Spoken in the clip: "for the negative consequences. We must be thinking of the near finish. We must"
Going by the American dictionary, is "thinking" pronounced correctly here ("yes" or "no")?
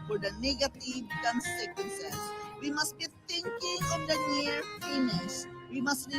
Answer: no